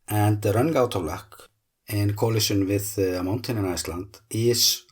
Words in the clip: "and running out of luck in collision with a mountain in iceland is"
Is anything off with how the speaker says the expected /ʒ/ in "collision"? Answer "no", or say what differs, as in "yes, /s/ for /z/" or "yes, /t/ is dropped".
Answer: yes, /ʃ/ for /ʒ/